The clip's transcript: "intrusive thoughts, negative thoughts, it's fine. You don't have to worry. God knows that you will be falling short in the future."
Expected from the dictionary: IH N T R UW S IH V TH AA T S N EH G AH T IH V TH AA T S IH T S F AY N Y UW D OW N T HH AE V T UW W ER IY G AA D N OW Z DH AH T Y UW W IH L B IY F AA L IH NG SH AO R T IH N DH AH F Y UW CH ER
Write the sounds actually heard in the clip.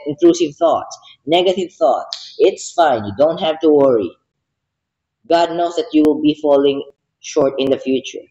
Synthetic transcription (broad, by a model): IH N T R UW S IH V TH AA T S N EH G AH T IH V TH AA T S IH T S F AY N Y UW D OW N T HH AE V T UW W ER IY G AA D N OW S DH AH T Y UW W IH L B IY F AA L IH NG SH AO R T IH N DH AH F Y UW CH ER